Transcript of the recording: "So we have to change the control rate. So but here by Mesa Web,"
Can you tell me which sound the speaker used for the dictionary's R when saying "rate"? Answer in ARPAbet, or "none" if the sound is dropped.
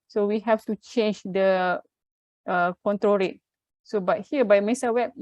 R